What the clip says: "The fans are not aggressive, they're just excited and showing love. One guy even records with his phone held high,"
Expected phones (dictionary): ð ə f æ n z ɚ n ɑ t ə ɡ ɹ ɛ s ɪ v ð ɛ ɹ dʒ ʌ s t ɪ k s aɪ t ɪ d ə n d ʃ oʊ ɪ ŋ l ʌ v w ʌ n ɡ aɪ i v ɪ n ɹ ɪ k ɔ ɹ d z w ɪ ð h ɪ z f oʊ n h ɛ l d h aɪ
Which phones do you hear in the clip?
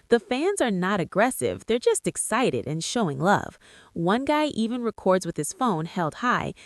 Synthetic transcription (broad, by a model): ð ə f æ n z ɚ n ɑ t ə ɡ ɹ ɛ s ɪ v ð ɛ ɹ dʒ ʌ s t ɪ k s aɪ t ɪ d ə n ʃ oʊ ɪ ŋ l ʌ v w ʌ n ɡ aɪ i v ɪ n ɹ ɪ k ɔ ɹ d z w ɪ ð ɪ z f oʊ n h ɛ l d h aɪ